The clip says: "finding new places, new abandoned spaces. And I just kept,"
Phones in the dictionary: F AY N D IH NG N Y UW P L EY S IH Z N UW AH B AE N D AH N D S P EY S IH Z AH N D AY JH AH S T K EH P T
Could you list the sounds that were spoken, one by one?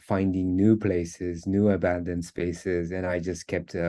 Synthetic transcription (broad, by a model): F AY N D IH NG N Y UW P L EY S IH Z N UW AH B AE N D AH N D S P EY S IH Z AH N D AY JH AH S K EH P T